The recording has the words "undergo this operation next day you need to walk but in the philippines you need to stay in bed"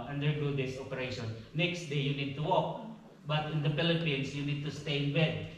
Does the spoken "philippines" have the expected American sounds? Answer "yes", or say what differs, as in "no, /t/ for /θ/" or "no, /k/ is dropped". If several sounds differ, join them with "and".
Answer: no, /s/ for /z/